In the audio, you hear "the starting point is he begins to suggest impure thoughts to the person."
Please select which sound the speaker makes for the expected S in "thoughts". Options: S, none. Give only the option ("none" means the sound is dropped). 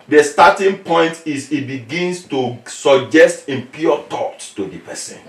none